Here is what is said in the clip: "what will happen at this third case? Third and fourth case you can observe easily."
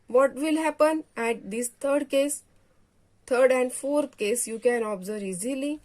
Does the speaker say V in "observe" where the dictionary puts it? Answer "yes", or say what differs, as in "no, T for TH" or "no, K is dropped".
no, V is dropped